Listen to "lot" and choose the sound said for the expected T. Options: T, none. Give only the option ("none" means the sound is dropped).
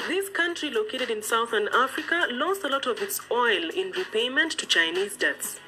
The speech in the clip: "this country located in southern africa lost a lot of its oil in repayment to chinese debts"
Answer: T